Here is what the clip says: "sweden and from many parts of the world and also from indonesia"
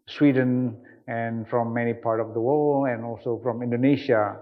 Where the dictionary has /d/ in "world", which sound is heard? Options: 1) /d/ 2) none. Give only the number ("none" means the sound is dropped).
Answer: 2